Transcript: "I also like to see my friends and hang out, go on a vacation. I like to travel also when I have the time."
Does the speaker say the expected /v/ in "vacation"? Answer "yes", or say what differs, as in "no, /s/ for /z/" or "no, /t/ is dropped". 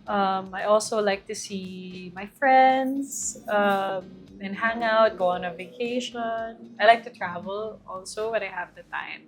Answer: yes